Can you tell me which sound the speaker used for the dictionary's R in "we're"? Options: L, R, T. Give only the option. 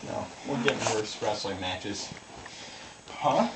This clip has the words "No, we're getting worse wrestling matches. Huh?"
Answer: L